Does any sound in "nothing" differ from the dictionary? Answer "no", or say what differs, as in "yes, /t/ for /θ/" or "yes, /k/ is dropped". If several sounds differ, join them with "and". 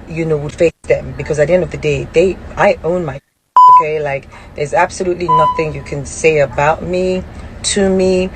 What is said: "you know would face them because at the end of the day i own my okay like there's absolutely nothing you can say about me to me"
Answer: no